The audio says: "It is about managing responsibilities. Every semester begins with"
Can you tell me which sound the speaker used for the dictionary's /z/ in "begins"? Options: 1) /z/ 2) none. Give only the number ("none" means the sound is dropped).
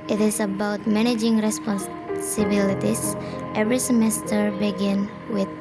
2